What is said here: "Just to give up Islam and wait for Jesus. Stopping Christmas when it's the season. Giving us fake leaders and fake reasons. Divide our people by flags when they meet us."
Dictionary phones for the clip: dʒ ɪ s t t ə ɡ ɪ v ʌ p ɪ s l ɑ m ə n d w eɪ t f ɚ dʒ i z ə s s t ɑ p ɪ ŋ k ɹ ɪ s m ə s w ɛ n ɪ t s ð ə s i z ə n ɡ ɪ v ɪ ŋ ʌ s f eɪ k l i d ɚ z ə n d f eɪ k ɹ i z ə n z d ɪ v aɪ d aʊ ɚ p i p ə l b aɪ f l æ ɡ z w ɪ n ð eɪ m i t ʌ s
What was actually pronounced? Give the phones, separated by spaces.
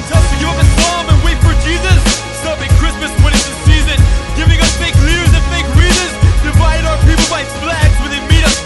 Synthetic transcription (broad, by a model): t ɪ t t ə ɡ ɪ ʌ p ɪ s ɑ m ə n w eɪ t f ɚ dʒ i z ə s s t ɑ p ɪ ŋ k ɹ ɪ s m ə s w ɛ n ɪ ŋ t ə s i z ə n ɡ ɪ v ɪ ŋ ʌ s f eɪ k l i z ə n f eɪ k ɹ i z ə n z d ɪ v aɪ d aʊ ɚ p i p l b aɪ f l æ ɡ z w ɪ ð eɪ m i t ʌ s